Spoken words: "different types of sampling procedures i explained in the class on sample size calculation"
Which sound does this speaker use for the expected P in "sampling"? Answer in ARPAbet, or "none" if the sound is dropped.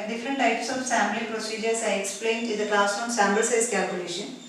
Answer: none